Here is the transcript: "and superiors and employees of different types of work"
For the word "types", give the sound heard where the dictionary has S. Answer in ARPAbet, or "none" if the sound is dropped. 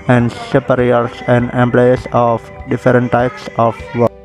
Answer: S